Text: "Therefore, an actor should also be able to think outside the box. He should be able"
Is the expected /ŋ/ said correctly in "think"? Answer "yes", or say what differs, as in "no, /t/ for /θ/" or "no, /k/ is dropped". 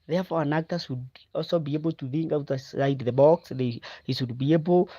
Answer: yes